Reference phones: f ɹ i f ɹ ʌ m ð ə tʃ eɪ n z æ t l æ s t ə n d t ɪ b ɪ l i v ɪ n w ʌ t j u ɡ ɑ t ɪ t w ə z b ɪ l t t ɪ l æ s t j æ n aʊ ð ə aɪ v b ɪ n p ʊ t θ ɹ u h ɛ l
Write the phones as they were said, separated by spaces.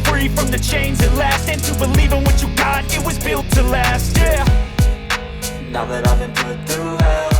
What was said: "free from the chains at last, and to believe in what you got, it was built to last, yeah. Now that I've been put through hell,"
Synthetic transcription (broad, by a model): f ɹ i f ɹ ʌ m ð ə tʃ eɪ n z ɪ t l æ s t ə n t ɪ b ɪ l i v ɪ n w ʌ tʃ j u ɡ ɑ t ɪ t w ə z b ɪ l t t ɪ l æ s t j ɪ n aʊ ð ə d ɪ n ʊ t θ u